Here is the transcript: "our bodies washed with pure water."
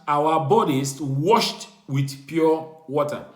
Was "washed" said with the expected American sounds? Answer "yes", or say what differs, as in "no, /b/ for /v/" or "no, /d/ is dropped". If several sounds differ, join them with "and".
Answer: yes